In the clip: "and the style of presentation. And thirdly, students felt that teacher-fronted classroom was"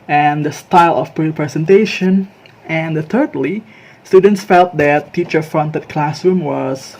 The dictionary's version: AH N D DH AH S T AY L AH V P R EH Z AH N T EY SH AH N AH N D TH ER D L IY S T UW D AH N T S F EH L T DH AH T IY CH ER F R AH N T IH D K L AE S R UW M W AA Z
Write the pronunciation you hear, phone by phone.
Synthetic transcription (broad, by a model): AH N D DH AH S T AY L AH P P R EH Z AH N T EY SH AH N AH N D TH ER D L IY S T UW D AH N T S F EH L T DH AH T IY CH ER F R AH N T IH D K L AE S R UW M W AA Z